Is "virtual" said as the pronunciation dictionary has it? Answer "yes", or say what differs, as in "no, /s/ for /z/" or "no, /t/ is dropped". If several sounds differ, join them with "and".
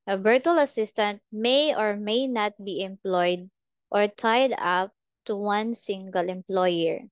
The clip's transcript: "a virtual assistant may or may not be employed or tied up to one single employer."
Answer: no, /b/ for /v/